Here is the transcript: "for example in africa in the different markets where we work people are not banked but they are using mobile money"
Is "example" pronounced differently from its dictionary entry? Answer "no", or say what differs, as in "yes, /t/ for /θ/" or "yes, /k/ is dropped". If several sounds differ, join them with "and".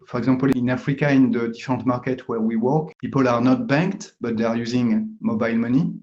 yes, /m/ is dropped